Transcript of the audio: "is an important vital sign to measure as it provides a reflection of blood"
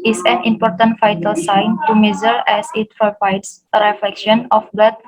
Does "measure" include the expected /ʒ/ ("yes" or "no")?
no